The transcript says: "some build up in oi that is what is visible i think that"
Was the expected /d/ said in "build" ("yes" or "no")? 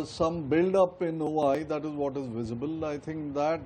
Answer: yes